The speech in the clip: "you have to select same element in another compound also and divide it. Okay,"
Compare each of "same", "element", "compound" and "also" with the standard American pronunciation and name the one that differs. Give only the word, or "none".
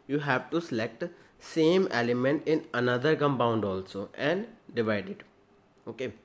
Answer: compound